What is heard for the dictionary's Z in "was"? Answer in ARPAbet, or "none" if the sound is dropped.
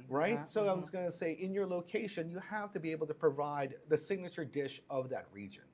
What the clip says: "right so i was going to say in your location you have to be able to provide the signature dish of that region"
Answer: Z